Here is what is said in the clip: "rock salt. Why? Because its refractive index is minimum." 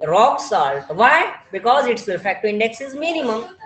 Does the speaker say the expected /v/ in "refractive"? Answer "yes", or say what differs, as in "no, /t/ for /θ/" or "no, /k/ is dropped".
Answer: no, /v/ is dropped